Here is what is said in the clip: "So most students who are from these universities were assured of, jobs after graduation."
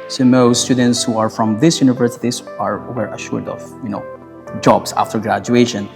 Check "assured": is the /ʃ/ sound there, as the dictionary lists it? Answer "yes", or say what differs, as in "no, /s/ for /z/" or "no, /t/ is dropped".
yes